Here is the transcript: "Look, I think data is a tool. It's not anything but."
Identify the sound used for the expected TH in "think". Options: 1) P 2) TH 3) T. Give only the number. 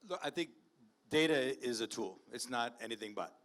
2